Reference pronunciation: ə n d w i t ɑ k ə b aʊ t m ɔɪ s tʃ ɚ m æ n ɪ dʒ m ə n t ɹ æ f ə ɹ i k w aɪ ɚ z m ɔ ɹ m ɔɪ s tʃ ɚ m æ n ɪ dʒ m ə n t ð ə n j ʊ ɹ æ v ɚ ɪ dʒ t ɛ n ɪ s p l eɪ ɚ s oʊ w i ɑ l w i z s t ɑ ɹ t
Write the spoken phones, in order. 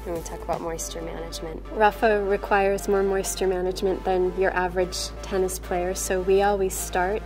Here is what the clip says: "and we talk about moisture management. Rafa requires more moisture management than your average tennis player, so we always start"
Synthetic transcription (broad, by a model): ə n w i t ɑ k ə b aʊ t m ɔɪ s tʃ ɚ m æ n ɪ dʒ m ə n t ɹ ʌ f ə ɹ i k w aɪ ɚ z m ɔ ɹ m ɔɪ s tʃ ɚ m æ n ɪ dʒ m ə n ð ə n j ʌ ɹ æ v ɚ ɪ dʒ t ɛ n ɪ s p l eɪ ɚ s oʊ w i ɑ l w i z s t ɑ ɹ t